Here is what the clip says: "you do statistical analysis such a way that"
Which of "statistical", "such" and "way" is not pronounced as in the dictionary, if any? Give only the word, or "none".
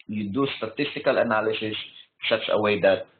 such